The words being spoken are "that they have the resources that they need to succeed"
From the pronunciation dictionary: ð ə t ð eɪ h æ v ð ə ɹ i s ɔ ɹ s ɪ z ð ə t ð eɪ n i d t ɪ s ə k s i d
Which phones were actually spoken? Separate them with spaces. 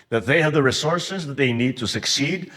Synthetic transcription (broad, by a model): ð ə t ð eɪ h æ v ð ə ɹ i s ɔ ɹ s ɪ z ð ə t ð eɪ n i d t ɪ s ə k s i d